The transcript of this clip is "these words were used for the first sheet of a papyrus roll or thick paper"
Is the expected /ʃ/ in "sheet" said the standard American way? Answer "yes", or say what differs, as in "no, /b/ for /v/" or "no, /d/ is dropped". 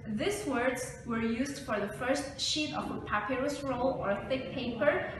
yes